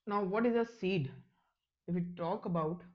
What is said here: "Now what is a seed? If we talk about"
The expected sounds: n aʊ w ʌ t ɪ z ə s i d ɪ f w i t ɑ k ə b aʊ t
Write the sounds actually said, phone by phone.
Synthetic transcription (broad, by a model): n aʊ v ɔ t ɪ z ə s i d ɪ f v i t ɑ k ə b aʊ t